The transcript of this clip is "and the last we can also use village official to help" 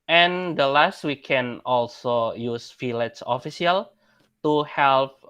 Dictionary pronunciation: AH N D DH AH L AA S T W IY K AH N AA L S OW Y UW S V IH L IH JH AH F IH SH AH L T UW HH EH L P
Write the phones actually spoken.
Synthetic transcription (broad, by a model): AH N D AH L AA S T W IY K AH N AA L S OW Y UW S F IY L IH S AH F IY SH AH L T UW HH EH L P